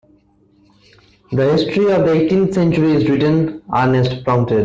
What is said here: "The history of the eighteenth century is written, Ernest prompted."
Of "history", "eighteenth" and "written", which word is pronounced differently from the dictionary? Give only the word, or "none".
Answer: eighteenth